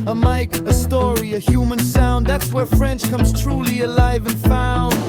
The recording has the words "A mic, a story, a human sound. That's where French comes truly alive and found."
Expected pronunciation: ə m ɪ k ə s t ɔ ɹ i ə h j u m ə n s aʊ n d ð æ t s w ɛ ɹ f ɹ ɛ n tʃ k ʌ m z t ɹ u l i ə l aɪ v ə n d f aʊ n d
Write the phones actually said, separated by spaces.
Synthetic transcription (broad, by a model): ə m ɪ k ə s t ɔ ɹ i ə h j u m ə n s aʊ n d ð æ t s w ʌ ɹ f ɹ ɛ n tʃ k ʌ m z t ɹ u l i ə l aɪ v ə n f aʊ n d